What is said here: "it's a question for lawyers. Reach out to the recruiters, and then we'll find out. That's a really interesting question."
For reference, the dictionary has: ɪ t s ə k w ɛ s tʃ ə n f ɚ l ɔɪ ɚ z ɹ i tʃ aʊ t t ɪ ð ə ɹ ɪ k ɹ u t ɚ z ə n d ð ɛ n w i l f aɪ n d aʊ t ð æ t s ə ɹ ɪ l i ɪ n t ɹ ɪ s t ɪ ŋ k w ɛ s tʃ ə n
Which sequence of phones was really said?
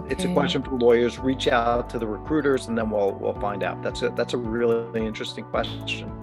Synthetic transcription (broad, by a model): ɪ t s ə k w ɛ s tʃ ə n f ɚ l ɔɪ ɚ z ɹ i tʃ aʊ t t ɪ ð ə ɹ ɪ k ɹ u t ɚ z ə n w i l w i l f aɪ n d aʊ t ð æ t s ə ɹ ɪ l i ɪ n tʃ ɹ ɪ s t ɪ ŋ k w ɛ s tʃ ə n